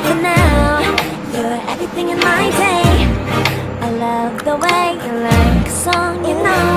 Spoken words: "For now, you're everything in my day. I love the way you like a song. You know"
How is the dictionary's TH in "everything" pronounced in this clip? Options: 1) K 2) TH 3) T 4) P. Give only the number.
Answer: 2